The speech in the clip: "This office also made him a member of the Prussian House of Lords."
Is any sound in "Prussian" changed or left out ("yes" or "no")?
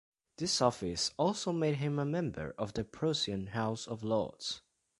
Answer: yes